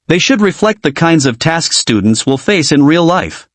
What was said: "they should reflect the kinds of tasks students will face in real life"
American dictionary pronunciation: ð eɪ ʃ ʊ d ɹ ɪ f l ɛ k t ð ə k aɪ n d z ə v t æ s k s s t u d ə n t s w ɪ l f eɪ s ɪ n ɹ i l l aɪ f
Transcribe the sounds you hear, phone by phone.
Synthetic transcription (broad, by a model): ð eɪ ʃ ʊ d ɹ ɪ f l ɛ k t ð ə k aɪ n d z ə v t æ s k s s t u d n t s w ɪ l f eɪ s ɪ n ɹ i l l aɪ f